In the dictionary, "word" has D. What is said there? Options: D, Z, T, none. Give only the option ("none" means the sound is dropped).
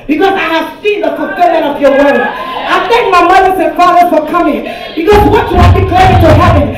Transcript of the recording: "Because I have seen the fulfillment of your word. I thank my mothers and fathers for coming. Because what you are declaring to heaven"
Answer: none